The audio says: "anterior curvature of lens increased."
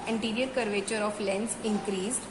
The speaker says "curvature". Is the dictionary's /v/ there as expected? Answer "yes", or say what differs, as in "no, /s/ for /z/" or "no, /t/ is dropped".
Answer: yes